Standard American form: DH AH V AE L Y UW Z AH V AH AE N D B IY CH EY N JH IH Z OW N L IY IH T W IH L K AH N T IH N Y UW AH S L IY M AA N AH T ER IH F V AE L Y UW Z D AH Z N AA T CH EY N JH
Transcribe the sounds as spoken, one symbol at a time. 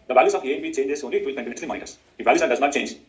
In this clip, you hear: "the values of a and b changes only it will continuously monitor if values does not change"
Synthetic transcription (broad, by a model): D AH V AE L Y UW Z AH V AH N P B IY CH EY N JH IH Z OW N L IY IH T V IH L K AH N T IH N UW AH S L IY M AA AH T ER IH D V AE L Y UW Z D AH Z N AA T CH EY N JH